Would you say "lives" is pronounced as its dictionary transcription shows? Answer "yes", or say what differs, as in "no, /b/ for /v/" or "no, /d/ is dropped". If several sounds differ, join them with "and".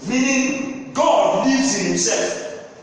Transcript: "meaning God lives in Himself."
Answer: no, /v/ is dropped